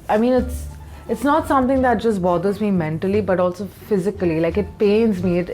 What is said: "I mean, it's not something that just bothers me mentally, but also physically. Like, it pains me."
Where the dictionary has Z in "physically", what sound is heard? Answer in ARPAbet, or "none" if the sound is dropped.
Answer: Z